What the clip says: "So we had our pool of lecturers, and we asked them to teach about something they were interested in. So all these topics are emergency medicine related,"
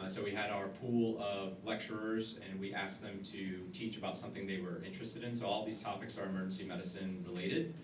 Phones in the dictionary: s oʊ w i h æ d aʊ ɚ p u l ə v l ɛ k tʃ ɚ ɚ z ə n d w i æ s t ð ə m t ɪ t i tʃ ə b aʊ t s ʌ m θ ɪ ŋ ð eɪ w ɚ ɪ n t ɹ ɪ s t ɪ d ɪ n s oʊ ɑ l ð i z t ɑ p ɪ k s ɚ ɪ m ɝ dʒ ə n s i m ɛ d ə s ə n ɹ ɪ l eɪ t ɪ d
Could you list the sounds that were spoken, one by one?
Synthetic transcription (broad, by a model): s oʊ w i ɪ d aʊ ɚ p u l ə v l ɛ k tʃ ɚ ɚ z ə n w i æ s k ð ə m t ɪ t i tʃ ə b aʊ t s ʌ m θ ɪ ŋ ð eɪ w ɚ ɪ n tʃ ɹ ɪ s t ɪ d ɪ n s oʊ ɑ l ð i z t ɑ p ɪ k s ɚ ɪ m ɝ dʒ n s i m ɛ d ə s ə n ɹ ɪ l eɪ t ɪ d